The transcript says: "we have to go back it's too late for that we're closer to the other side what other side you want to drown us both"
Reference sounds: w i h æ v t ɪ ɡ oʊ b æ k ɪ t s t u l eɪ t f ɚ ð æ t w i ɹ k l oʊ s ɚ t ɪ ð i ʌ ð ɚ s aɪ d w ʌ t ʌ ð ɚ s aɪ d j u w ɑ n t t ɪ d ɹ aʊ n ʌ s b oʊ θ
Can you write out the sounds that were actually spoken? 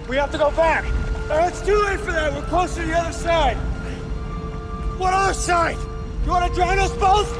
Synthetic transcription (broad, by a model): w i h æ f t ɪ ɡ oʊ b æ k ɪ t s t u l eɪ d f ɚ ð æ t w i l k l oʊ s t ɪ ð i ʌ ð ɚ s aɪ d w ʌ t ʌ ð ɚ s aɪ d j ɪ w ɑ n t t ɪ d ɹ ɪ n ʌ s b oʊ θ